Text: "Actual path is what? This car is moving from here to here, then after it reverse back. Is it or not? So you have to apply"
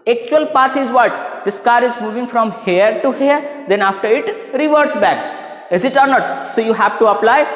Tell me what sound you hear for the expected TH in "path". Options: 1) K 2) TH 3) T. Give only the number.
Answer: 3